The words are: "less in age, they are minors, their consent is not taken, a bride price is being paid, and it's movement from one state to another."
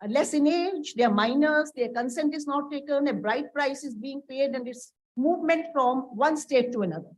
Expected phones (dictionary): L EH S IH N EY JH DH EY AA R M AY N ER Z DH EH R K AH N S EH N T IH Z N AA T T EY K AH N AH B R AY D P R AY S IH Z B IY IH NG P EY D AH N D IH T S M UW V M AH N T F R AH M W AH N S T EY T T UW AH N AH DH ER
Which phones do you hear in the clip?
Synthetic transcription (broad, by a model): L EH S IH N EY JH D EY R M AY N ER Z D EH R K AH N S EH N T IH Z N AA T T EY K AH N AH B R AY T P R AY S IH Z B IY IH NG P EY D AH N D IH T S M UW V M AH N T F R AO M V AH N S T EY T T UW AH N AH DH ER